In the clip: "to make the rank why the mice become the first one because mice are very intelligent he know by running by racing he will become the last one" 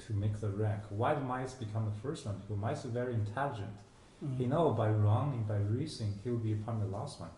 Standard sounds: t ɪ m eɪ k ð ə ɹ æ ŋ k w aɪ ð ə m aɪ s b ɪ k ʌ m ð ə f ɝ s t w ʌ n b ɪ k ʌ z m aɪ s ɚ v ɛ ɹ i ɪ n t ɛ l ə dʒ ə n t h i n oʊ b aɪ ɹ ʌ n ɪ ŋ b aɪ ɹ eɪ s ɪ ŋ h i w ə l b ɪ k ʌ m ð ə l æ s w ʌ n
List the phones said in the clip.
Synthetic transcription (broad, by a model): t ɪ m eɪ k ð ə ɹ æ ŋ k w aɪ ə m aɪ s b ɪ k ʌ m ð ə f ɝ s t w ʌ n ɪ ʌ m aɪ s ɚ v ɛ ɹ i ɪ n t ɛ l ə dʒ ə n t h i n oʊ b aɪ ɹ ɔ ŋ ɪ ŋ b aɪ ɹ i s ɪ ŋ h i w ə l b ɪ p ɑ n ð ə l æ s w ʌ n